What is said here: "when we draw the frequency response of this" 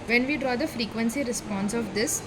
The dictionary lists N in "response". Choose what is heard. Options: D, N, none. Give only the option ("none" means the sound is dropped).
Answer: N